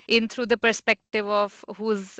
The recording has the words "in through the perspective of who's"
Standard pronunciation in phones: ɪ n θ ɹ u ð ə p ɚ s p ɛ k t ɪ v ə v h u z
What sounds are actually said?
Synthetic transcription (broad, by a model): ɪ n t ɹ u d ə p ɚ s p ɛ k t ɪ v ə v h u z